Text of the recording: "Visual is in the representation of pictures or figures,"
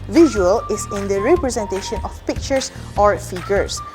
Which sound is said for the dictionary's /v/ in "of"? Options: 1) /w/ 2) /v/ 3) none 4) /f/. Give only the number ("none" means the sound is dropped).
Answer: 4